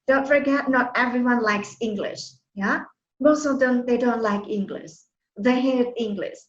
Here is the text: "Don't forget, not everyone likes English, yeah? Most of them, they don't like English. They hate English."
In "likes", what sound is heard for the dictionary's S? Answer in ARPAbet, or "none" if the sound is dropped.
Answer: S